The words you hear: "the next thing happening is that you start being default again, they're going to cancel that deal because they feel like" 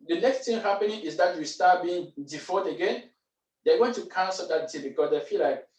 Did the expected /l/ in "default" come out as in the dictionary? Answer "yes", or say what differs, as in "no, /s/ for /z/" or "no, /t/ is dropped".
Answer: no, /l/ is dropped